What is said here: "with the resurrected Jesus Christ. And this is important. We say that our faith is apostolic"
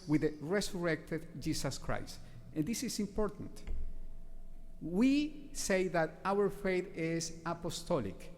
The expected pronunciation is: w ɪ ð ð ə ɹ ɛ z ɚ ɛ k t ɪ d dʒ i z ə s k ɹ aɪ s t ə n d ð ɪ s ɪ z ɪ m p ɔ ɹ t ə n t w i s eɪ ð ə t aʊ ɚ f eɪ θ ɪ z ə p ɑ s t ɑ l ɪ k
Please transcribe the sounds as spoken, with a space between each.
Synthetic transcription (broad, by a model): w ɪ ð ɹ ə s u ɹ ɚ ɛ k t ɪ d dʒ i s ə s k ɹ aɪ s t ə n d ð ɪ s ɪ s ɪ m p ɔ ɹ t ə n t w i s eɪ ð ə t aʊ ɚ f eɪ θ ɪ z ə p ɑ s t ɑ l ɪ k